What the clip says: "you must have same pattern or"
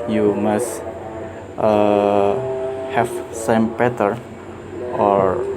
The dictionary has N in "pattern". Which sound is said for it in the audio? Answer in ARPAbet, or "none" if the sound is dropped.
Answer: none